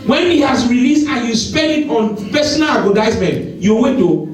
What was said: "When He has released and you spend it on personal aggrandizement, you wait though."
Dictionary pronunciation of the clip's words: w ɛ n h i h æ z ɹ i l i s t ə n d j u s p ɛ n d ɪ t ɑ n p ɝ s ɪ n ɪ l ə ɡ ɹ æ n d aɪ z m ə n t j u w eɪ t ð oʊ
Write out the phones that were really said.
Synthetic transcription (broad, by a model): w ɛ n h i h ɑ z ɹ i l i s t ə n j u s p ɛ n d ɪ t ɑ n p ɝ s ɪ n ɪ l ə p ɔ d aɪ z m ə n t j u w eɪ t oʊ